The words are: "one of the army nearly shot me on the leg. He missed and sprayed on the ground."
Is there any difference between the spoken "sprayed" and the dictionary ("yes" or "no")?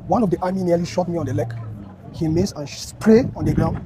yes